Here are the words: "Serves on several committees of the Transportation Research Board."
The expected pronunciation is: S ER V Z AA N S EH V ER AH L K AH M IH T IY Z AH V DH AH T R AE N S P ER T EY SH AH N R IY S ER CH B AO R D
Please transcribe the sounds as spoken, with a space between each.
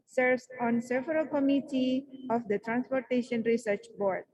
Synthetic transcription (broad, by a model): S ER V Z AA N S EH V ER AH L K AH M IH T IY AH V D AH T R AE N S P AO T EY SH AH N R IY S ER CH B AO R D